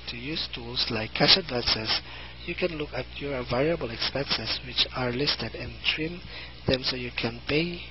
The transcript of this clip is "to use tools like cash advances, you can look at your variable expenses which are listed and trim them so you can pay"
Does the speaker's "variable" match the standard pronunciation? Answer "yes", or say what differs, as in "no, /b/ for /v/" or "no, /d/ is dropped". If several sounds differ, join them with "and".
yes